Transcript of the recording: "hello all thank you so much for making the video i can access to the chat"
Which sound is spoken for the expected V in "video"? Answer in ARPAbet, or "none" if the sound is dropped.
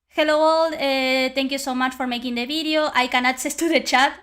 B